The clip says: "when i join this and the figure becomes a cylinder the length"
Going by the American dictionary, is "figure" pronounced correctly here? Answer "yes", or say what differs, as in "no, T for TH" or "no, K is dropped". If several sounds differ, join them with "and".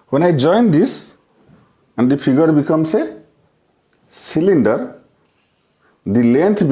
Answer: no, P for F